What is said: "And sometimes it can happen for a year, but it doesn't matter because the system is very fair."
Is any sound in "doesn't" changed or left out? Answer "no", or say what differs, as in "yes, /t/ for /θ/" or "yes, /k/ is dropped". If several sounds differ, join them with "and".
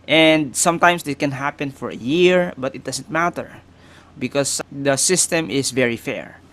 yes, /s/ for /z/